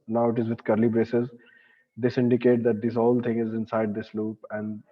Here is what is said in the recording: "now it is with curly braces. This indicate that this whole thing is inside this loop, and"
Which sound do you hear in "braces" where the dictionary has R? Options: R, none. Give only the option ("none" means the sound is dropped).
R